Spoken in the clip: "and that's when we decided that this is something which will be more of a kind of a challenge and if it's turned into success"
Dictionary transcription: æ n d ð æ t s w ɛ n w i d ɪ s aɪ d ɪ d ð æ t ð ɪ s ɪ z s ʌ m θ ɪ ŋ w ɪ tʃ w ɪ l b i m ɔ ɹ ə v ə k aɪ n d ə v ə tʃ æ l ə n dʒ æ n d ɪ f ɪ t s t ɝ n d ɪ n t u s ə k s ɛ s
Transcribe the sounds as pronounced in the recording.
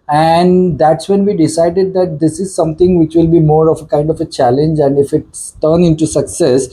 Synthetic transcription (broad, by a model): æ n d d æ t s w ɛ n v i d ɪ s aɪ d ɪ d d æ t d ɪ s ɪ z s ʌ m t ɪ ŋ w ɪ tʃ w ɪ l b i m ɔ ɹ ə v ə k aɪ n d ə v ə tʃ æ l ə n dʒ æ n d ɪ f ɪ t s t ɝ n ɪ n t u s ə k s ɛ s